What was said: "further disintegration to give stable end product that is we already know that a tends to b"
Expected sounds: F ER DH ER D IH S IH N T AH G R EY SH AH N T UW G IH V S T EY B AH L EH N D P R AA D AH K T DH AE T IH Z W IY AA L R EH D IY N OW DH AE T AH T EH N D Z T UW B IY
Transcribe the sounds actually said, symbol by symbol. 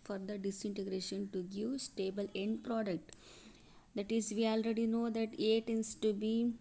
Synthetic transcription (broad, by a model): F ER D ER D IH S IH N T AH G R EY SH AH N T UW G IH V S T EY B AH L EH N D P R AA D AH K T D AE T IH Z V IY AA L R EH D IY N OW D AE T AH T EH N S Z T UW B IY